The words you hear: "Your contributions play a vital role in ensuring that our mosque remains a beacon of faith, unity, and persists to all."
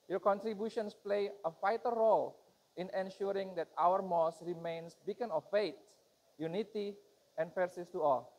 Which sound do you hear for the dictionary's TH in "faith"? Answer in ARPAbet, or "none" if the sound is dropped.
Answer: T